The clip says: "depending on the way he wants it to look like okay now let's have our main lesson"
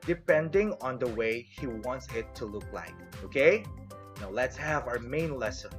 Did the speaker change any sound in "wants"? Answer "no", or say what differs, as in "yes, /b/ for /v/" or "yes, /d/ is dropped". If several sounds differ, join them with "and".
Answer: no